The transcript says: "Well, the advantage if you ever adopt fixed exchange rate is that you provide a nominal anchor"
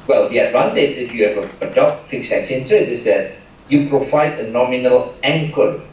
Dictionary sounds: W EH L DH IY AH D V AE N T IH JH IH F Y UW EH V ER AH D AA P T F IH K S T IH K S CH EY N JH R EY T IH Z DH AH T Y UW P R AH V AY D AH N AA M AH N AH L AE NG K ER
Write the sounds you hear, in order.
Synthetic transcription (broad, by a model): W EH L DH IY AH D V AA N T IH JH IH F Y UW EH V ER AH D AA P T F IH K S IH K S EY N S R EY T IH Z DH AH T Y UW P R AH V AY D AH N AA M AH N AH L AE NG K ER